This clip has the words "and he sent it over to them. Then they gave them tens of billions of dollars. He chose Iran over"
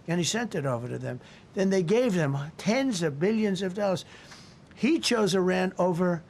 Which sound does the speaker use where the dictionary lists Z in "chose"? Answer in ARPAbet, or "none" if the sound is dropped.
Z